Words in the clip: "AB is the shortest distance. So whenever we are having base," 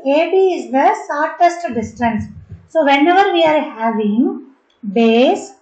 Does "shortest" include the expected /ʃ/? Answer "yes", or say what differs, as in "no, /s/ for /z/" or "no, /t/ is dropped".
no, /s/ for /ʃ/